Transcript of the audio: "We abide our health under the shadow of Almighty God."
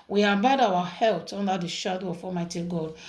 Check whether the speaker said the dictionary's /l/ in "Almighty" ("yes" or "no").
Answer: no